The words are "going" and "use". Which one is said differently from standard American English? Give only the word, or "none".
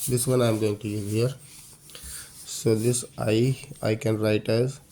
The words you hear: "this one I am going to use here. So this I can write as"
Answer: use